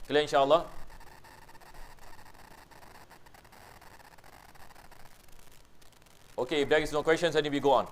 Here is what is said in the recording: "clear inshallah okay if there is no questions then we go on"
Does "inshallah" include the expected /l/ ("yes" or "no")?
yes